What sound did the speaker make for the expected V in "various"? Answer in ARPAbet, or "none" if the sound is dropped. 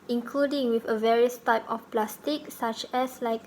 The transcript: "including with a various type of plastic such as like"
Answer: V